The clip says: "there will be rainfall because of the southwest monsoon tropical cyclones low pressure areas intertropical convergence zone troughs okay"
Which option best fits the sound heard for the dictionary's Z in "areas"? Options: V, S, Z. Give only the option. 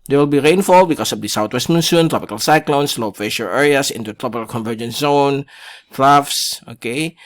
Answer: S